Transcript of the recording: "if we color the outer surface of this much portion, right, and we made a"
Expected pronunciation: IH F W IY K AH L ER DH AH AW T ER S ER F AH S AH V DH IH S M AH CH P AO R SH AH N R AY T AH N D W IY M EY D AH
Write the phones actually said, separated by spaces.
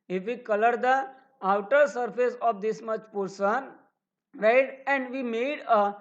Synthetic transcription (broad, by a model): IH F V IY K AH L ER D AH AW T ER S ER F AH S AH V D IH S M AH CH P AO R S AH N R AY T AH N D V IY M EY D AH